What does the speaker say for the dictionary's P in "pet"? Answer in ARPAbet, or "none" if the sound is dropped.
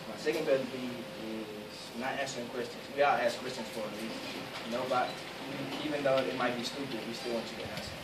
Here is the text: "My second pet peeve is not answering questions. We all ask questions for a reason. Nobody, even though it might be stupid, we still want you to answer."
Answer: B